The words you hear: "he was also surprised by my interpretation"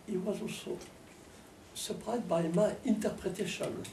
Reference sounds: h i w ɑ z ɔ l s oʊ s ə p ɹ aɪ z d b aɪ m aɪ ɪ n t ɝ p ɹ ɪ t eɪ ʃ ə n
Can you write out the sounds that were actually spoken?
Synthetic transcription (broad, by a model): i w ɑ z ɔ s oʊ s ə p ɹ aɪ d b aɪ m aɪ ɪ n t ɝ p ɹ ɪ t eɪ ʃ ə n